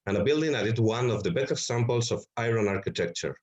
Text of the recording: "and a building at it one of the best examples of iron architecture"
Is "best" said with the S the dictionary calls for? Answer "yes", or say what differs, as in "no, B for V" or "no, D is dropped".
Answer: no, S is dropped